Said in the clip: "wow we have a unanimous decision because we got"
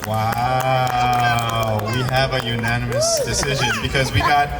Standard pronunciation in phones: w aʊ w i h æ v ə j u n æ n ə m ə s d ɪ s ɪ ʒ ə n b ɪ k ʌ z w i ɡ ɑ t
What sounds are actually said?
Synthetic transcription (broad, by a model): w aʊ w i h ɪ v ə j u n æ n ə m ə s d ɪ s ɪ ʒ ə n b ɪ k ʌ z w i ɡ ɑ t